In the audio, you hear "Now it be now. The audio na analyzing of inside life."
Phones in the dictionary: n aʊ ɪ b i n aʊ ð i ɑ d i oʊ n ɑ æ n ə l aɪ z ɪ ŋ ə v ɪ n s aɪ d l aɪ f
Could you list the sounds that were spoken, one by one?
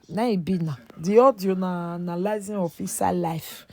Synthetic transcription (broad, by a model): n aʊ ɪ b i n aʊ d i ɑ d i oʊ n ɑ n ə l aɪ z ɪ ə f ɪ s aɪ l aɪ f